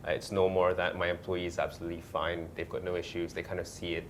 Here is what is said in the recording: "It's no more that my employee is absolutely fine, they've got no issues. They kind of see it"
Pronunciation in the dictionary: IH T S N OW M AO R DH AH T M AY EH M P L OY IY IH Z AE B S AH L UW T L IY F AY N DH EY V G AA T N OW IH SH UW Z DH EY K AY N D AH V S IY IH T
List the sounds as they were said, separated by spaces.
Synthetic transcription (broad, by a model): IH T S N OW M AO R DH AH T M AY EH M P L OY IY IH Z AE B S AH L UW T L IY F AY N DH EY V G AA T N OW IH SH UW Z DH EY K AY N D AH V S IY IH T